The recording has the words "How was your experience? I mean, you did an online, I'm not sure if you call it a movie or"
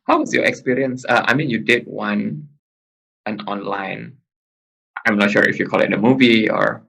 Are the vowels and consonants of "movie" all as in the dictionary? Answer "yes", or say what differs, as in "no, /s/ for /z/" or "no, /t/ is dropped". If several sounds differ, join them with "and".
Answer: yes